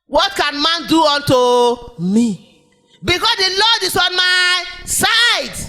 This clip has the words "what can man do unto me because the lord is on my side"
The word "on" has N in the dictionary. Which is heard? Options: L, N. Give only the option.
N